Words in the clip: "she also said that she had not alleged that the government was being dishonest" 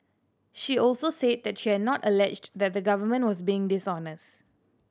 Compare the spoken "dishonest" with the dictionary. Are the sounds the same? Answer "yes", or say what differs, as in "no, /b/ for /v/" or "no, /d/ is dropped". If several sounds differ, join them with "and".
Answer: yes